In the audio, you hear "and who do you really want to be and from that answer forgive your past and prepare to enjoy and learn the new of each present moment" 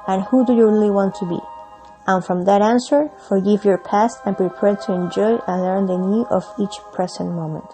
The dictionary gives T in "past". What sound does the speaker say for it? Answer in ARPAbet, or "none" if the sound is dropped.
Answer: T